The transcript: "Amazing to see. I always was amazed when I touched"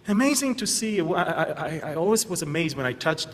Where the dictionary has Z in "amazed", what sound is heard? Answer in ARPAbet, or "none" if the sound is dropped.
Z